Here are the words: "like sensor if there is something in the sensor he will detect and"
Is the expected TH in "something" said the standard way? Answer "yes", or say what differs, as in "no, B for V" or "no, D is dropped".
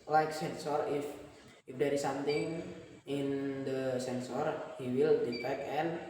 no, T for TH